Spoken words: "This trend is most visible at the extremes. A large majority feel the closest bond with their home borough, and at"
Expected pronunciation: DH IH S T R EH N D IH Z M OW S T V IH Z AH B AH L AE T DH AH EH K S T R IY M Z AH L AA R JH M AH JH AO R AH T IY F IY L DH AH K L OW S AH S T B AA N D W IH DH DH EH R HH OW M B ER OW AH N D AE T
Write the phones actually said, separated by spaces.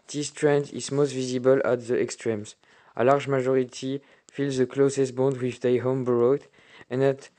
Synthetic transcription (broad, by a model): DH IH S T R EH N D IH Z M OW S T V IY Z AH B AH L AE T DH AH EH K S T R IY M Z AH L AA R JH M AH ZH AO R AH T IY F IY L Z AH K L OW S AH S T B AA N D W IH DH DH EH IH HH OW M B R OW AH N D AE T